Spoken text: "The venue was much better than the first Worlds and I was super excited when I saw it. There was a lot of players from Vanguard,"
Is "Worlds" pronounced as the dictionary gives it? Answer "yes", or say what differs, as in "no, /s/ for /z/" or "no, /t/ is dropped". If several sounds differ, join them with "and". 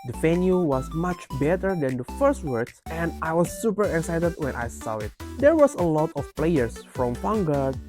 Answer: no, /l/ is dropped and /s/ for /z/